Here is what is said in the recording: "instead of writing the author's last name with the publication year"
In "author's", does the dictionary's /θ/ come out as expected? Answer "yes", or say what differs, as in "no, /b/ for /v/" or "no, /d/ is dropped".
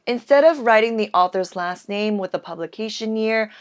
yes